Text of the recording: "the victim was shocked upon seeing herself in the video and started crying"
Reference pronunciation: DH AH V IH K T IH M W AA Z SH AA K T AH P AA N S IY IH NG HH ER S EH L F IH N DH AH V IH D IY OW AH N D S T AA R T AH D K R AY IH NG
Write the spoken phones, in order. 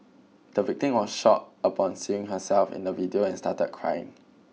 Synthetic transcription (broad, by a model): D AH V IH K T IH M W AA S SH AA T AH P AA N S IY IH NG HH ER S EH L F IH N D AH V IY D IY OW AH N S T AA T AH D K R AY IH NG